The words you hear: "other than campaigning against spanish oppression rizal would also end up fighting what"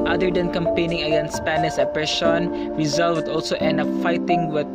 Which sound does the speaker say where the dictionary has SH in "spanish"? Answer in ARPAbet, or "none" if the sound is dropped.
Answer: S